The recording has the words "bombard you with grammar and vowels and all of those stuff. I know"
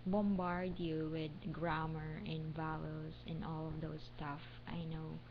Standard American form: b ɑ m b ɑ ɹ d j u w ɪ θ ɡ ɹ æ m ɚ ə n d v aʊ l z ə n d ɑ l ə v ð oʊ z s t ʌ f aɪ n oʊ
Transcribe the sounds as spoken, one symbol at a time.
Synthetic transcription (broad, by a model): b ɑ m b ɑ ɹ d j u w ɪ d ɡ ɹ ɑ m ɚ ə n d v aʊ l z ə n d ɑ l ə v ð oʊ s t ʌ f aɪ n oʊ